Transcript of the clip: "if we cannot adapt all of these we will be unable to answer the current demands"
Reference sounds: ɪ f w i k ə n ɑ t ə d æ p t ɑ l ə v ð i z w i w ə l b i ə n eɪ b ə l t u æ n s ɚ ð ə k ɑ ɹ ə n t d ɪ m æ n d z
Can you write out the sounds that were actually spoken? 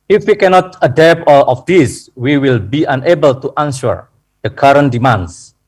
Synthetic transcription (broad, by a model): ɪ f w i k ə n ɑ t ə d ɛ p ɑ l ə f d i s w i w ə l b i ə n eɪ b ə l t u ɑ n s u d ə k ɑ ɹ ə n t d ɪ m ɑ n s